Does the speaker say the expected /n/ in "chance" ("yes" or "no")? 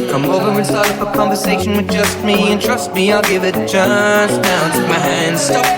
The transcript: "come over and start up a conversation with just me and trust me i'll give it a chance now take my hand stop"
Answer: no